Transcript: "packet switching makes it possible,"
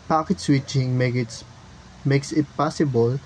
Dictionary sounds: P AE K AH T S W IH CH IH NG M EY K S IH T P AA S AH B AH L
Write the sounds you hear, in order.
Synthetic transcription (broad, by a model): P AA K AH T S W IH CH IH NG M EY K S IH T P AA S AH B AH L